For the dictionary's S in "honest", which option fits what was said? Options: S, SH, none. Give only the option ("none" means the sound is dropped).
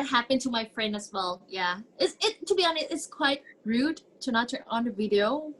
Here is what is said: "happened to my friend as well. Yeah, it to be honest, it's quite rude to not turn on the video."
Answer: none